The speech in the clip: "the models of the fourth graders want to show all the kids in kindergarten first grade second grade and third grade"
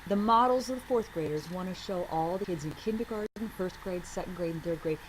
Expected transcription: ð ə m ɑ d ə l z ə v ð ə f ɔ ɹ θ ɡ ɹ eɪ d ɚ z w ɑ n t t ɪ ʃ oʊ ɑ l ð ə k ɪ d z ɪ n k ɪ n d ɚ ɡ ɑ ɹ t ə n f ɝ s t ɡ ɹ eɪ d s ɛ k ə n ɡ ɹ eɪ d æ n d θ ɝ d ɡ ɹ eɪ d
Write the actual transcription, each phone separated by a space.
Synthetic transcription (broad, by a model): ð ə m ɑ d l z ə v ð ə f ɔ ɹ θ ɡ ɹ eɪ d ɚ z w ɑ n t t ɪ ʃ oʊ ɑ l ð ə k ɪ d z ɪ n k ɪ n d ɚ ɡ ɑ ɹ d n f ɝ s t ɡ ɹ eɪ d s ɛ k n ɡ ɹ eɪ d n θ ɝ d ɡ ɹ eɪ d